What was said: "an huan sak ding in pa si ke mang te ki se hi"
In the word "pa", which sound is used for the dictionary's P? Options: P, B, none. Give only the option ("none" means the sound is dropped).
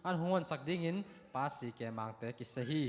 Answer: P